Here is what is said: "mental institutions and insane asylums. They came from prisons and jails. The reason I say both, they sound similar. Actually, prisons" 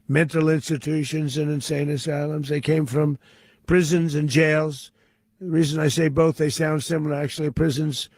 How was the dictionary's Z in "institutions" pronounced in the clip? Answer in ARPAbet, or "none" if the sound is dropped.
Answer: Z